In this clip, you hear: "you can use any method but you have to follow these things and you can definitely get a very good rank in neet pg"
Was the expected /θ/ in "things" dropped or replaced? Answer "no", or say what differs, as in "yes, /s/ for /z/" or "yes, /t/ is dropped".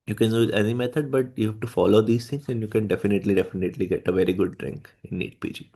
yes, /t/ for /θ/